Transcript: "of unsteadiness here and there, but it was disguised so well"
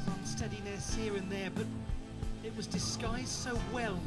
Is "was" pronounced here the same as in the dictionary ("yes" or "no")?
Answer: yes